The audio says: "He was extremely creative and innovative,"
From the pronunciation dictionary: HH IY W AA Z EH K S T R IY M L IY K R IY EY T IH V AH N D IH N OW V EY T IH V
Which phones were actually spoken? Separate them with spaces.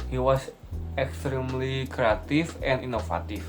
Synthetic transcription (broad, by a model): HH IY W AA S EH K S T R IY M L IY K R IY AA T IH F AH N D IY N OW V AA T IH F